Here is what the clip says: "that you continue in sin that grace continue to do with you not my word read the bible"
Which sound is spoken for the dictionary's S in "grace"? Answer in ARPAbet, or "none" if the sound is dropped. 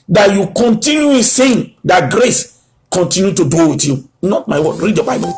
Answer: S